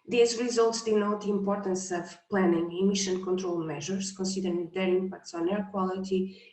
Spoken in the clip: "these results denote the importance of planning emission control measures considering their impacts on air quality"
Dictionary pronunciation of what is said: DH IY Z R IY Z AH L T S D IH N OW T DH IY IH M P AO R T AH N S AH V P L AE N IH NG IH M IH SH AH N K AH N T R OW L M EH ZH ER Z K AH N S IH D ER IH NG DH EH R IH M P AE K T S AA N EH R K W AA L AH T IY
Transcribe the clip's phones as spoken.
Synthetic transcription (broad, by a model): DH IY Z R IY Z AH L T S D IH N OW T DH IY IH M P AO R T AH N S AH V P L AE N IH NG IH M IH SH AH N K AH N T R OW L M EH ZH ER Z K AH N S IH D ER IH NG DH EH R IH M P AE K T S AA N EH R K W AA L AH T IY